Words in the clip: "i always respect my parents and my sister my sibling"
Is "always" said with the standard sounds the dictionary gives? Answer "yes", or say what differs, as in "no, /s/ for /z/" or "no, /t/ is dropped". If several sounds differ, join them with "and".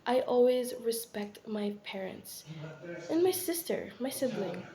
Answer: yes